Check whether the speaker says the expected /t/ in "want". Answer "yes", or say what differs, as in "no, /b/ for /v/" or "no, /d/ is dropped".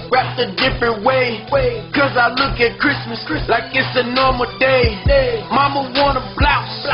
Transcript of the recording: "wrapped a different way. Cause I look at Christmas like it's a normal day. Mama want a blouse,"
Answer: no, /t/ is dropped